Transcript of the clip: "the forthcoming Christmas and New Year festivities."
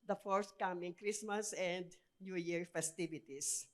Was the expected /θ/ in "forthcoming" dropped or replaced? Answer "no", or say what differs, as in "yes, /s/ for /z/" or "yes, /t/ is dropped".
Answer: yes, /s/ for /θ/